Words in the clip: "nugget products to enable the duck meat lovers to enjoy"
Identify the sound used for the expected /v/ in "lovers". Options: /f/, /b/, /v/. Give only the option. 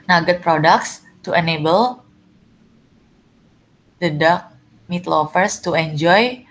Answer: /f/